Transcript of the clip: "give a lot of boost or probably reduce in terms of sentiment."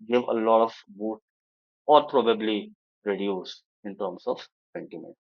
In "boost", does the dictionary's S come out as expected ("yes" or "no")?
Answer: no